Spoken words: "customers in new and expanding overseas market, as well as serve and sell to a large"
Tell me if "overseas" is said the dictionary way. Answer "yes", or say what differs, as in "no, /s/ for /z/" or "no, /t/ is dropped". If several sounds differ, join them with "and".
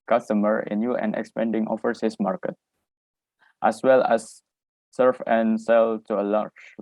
no, /f/ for /v/ and /s/ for /z/